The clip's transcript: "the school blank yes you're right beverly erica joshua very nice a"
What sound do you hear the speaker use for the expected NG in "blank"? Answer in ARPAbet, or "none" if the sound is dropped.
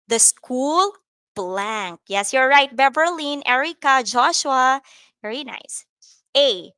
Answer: NG